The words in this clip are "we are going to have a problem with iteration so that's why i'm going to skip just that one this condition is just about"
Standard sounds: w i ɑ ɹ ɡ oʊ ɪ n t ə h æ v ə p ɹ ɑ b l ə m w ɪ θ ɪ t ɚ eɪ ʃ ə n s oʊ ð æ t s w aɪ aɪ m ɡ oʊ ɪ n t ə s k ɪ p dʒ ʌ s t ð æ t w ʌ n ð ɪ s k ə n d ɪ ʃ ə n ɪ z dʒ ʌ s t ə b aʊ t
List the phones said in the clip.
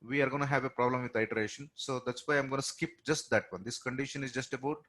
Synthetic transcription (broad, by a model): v i ɑ ɹ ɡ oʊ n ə h æ v ə p ɹ ɑ b l ə m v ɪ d ɪ t ɚ eɪ ʃ ə n s oʊ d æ t s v aɪ aɪ m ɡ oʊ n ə s k ɪ p dʒ ʌ s t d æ t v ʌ n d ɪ s k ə n d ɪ ʃ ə n ɪ z dʒ ʌ s t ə b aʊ t